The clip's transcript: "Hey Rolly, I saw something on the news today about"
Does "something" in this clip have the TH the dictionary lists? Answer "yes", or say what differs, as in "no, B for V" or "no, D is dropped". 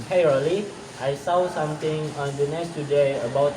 no, T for TH